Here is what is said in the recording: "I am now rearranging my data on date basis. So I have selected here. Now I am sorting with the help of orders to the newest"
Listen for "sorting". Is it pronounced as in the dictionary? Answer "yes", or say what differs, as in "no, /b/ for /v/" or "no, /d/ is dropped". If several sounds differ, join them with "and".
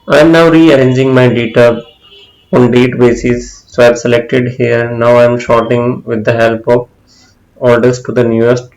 no, /ʃ/ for /s/